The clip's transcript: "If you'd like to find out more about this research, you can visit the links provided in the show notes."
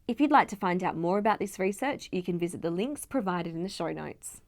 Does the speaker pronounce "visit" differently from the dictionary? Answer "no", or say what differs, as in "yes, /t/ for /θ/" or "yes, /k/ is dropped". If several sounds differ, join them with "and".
no